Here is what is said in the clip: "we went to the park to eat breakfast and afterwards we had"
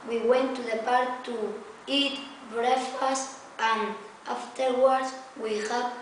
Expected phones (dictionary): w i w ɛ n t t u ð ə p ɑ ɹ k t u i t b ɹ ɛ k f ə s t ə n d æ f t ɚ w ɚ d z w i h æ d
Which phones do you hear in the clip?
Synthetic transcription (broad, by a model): w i w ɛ n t t u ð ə p ɑ ɹ k t u i t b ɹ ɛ f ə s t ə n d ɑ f t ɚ w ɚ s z w i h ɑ